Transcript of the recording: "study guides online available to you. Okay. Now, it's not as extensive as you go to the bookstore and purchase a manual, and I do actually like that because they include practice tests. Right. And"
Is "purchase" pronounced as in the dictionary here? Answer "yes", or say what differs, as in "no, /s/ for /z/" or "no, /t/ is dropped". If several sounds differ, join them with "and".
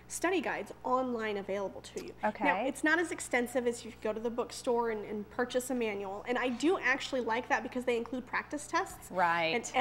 yes